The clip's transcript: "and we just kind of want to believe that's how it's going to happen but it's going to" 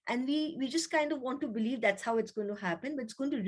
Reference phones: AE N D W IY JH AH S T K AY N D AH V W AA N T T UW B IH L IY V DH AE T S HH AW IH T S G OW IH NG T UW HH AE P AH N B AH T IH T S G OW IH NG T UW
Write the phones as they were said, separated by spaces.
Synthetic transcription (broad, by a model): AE N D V IY JH AH S T K AY N D AH V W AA N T T UW B IH L IY V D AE T S HH AW IH T S G OW IH NG T UW HH AE P AH N B AH T IH T S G OW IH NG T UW